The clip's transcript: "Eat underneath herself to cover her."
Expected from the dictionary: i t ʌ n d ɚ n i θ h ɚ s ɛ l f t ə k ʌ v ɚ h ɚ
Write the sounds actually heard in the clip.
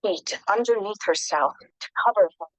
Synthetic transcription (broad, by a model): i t ʌ n d ɚ n i θ h ɚ s ɛ l f t ə k ʌ v ɚ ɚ